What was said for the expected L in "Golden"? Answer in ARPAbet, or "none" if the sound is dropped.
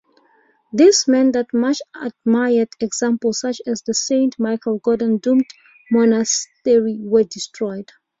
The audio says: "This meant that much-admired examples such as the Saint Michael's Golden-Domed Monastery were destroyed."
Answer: none